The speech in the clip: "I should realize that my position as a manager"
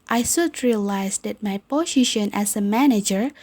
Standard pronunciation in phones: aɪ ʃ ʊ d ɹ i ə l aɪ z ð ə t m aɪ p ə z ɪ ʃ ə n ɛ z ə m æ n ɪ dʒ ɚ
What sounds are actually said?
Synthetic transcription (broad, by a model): aɪ s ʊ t ɹ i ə l aɪ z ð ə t m aɪ p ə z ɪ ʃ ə n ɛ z ə m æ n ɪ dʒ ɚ